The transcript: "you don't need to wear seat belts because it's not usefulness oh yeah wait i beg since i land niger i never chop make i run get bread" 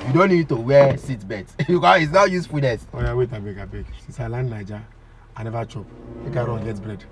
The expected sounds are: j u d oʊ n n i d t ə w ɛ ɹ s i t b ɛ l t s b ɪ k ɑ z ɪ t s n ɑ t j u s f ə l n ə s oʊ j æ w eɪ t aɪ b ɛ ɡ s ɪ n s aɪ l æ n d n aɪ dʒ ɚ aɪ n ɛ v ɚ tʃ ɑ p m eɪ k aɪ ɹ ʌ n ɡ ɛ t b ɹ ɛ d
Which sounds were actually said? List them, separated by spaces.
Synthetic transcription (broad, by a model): j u d oʊ n n i d t ə w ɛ s i t b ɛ t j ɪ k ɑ ɪ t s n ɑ j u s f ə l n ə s oʊ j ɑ w eɪ t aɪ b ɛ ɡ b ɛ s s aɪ l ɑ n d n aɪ dʒ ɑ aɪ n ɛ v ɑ tʃ ɑ p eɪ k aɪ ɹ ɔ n ɡ ɛ t b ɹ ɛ d